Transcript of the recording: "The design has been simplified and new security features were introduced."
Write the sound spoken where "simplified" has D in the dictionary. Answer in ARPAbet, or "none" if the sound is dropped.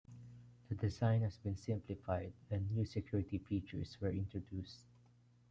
none